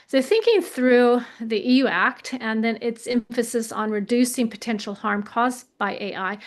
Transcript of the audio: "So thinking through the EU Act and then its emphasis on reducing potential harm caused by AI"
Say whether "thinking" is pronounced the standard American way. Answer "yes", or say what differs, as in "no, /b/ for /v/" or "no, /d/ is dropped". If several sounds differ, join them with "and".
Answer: yes